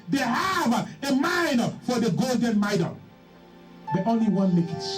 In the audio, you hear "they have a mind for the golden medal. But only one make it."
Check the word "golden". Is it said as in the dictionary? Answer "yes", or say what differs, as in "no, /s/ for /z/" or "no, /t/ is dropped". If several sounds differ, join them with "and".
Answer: yes